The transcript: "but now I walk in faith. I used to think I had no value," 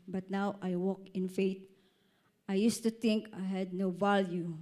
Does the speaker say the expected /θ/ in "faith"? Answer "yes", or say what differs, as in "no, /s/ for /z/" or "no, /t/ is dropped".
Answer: no, /t/ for /θ/